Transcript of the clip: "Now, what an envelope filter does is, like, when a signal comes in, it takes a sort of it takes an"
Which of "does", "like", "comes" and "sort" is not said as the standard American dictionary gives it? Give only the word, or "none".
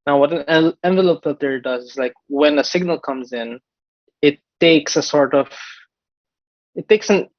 none